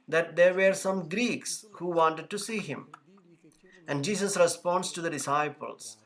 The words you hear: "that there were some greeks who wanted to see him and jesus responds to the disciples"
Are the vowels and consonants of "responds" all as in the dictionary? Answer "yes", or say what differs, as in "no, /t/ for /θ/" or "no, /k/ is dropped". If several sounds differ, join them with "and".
no, /s/ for /z/